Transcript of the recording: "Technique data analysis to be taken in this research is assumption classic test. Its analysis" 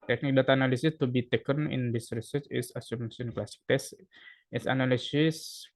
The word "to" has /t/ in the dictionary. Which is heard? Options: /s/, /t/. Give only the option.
/t/